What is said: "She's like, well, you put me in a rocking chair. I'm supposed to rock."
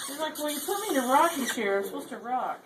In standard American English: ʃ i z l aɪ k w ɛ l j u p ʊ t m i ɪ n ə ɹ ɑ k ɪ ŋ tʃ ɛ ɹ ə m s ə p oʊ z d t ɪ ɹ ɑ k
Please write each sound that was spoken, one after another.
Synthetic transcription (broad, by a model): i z l aɪ k w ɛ n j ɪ p ʊ t m i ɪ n ə ɹ ɑ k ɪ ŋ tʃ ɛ ɹ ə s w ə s t ɪ ɹ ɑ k